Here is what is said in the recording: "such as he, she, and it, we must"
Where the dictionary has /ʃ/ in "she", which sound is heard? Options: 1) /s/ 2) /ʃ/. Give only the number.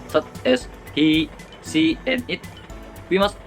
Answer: 1